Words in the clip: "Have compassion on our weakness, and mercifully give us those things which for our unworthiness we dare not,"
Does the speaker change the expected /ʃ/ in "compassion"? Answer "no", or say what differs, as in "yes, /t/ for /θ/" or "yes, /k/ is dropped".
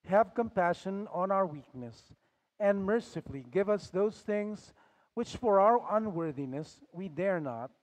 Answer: no